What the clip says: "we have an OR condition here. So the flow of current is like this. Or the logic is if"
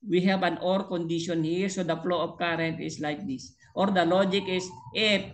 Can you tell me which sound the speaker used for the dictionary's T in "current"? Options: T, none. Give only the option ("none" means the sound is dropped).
T